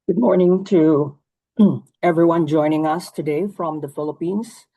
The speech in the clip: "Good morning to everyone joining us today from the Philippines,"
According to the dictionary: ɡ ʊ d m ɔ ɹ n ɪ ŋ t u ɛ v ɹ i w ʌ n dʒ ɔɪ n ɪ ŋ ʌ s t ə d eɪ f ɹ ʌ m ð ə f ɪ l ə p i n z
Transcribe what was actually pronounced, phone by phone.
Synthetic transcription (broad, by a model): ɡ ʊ d m ɔ ɹ n ɪ ŋ t u ɛ v ɹ i w ʌ n dʒ ɔɪ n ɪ ŋ ʌ s t ə d eɪ f ɹ ʌ m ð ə f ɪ l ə p i n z